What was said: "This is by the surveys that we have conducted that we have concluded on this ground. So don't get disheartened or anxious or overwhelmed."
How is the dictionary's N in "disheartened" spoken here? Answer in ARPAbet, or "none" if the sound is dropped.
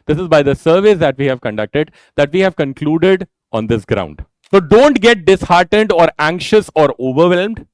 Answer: N